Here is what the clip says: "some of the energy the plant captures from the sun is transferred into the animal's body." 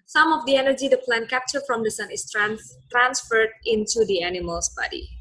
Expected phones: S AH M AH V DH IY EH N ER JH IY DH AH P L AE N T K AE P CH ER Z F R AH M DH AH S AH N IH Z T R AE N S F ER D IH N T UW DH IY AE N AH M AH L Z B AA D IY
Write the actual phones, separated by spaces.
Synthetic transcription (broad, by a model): S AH M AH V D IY EH N ER JH IY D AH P L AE N K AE P CH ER F R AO M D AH S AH N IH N T R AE N S F ER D IH N T UW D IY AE N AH M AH L S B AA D IY